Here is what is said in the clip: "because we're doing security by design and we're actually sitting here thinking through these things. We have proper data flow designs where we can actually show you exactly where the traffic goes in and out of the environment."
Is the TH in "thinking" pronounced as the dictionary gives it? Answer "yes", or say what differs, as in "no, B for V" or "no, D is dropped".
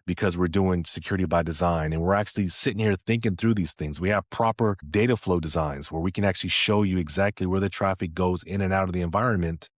yes